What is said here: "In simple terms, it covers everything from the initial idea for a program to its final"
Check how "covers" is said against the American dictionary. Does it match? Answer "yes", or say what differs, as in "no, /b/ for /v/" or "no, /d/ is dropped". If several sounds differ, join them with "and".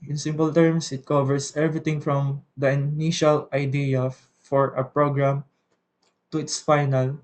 no, /s/ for /z/